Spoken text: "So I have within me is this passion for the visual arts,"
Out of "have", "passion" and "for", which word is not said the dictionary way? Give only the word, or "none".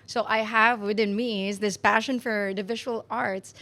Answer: none